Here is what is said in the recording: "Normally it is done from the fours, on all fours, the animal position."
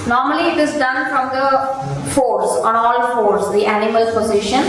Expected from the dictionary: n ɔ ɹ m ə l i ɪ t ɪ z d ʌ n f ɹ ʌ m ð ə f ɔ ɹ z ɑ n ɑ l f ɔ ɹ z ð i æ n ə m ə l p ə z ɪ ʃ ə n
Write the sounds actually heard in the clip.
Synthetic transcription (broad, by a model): n ɔ ɹ m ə l i ɪ t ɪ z d ʌ n f ɹ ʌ m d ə f ɔ ɹ s ɑ n ɑ l f ɔ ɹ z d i æ n ə m ə l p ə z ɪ ʃ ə n